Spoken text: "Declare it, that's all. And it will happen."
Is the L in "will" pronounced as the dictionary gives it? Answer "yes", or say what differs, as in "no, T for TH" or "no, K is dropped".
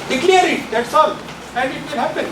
no, N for L